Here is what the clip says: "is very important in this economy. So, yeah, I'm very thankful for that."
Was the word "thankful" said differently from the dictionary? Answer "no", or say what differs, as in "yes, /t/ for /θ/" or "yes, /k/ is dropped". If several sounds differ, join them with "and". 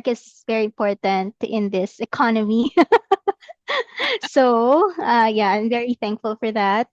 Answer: no